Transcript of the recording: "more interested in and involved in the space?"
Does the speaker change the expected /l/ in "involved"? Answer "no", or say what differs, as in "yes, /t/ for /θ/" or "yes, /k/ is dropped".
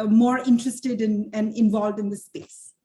no